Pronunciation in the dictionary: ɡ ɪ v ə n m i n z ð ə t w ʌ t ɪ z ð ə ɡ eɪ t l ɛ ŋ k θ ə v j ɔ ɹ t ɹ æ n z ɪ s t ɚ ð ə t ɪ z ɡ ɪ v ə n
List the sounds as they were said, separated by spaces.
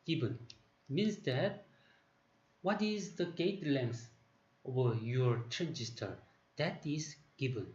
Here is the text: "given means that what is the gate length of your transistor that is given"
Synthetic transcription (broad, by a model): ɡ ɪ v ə n m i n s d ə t w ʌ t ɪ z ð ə ɡ eɪ t l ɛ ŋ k s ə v j ɔ ɹ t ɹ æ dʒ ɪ s t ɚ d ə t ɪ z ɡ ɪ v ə n